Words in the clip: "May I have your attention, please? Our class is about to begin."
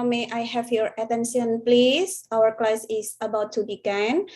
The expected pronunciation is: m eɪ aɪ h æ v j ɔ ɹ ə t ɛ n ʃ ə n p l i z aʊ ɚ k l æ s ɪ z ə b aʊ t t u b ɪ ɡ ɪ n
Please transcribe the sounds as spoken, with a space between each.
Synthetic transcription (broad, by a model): m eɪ aɪ h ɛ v j ɔ ɹ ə t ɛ n s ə n p l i s aʊ ɚ k l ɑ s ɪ s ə b aʊ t t u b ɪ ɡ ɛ n